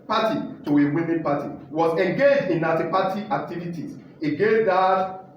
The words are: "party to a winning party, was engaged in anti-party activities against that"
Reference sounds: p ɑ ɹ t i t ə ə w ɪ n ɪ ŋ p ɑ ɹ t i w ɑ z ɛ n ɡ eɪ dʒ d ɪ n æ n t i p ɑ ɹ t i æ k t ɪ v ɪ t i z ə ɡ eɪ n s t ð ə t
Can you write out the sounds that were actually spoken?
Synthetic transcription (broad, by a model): p ɑ t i t ə ə w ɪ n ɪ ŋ p ɑ t i w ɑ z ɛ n ɡ eɪ dʒ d ɪ n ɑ t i p ɑ t i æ k t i v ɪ t i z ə ɡ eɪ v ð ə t